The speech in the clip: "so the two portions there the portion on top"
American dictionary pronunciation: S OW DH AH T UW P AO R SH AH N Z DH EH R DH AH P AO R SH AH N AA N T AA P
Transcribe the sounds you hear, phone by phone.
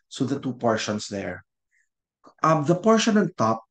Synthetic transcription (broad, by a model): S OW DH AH T UW P AO R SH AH N S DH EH R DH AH P AO R SH AH N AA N T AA P